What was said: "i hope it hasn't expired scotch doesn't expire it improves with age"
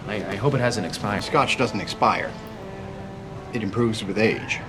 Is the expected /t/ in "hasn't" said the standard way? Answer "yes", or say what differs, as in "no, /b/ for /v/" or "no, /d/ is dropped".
no, /t/ is dropped